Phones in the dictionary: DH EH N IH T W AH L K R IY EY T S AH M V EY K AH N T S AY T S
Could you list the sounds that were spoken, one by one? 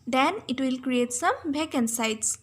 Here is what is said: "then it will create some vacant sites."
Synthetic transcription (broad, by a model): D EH N IH T W AH L K R IY EY T S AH M B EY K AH N S AY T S